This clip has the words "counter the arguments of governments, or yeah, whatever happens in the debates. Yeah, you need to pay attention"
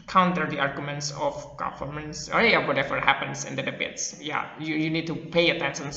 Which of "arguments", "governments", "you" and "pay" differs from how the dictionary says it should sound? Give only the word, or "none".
governments